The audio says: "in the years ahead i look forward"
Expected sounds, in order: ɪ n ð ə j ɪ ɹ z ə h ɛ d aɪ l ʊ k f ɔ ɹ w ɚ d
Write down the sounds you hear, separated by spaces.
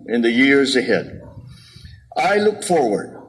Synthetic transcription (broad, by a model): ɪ n ð ə j ɪ ɹ z ə h ɛ d aɪ l ʊ k f ɔ ɹ w ɚ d